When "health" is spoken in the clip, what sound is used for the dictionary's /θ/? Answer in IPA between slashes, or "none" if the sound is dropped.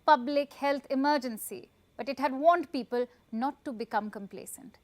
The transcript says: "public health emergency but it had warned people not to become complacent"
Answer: /t/